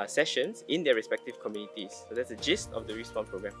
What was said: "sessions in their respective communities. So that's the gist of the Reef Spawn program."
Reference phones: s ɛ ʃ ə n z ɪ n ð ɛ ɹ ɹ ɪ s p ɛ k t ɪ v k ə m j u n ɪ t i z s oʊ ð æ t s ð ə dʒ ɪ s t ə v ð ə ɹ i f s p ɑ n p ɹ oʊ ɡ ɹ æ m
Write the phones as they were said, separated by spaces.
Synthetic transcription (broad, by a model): s ɛ ʃ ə n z ɪ n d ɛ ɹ ɹ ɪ s p ɛ k t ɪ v k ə m j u n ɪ t i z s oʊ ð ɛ t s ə dʒ ɪ s t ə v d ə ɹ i s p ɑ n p ɹ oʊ ɡ ɹ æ m